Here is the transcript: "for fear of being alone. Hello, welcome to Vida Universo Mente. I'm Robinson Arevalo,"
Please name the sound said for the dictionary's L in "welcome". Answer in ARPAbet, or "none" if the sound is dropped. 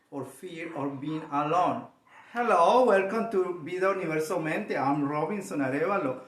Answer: L